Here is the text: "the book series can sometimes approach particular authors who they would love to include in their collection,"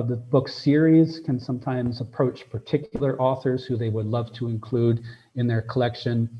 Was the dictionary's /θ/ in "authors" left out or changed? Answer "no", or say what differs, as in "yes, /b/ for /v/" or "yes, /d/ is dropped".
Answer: no